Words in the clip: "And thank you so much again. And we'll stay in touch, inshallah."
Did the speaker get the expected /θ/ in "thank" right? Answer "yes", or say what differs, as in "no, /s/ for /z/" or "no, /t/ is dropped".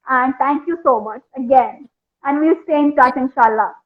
no, /t/ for /θ/